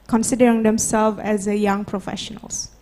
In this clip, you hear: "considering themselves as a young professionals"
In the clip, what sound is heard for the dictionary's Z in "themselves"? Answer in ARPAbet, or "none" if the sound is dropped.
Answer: none